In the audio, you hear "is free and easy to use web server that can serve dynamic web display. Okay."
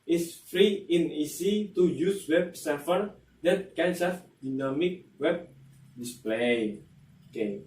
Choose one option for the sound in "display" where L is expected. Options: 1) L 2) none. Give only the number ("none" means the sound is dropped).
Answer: 1